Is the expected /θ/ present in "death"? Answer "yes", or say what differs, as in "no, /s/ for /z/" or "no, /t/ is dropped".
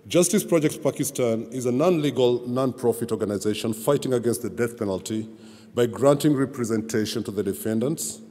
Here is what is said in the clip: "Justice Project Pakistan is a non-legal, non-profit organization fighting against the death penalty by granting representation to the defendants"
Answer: yes